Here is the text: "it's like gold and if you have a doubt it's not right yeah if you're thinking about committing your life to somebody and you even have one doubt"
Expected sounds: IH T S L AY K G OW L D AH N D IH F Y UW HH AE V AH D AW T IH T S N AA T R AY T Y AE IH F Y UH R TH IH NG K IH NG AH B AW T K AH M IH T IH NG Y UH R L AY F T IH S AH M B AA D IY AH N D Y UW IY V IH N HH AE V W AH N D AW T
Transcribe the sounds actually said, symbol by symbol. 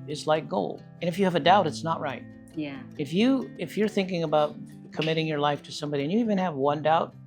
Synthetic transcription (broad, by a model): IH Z L AY K G OW L D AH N IH F Y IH V AH D AW T IH T S N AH T R AY T Y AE IH F Y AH R TH IH NG K IH NG AH B AW T K AH M IH T IH NG Y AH R L AY F T IH S AH M B AA D IY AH N Y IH IY V IH N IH V W AH N D AW T